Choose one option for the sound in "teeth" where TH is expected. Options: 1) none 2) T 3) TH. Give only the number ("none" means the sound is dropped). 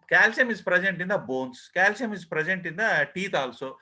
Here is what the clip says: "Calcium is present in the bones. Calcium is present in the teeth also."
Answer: 2